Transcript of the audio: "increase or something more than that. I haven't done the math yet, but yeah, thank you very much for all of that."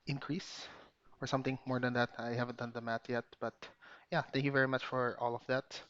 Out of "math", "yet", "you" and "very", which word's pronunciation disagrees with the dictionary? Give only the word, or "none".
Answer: math